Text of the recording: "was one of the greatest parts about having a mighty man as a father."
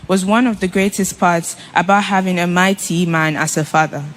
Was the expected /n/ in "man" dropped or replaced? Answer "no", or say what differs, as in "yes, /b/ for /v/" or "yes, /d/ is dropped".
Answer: no